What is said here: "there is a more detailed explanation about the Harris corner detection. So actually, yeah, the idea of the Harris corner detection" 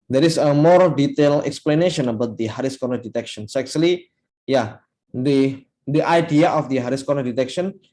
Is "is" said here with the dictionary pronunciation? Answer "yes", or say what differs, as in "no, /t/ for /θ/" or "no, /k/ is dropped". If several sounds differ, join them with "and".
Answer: no, /s/ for /z/